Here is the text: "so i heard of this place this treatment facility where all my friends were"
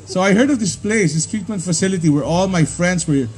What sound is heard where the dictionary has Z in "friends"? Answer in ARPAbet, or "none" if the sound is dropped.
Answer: S